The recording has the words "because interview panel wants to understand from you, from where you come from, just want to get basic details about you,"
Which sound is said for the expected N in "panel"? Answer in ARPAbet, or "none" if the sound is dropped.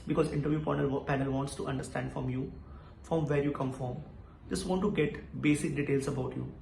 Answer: N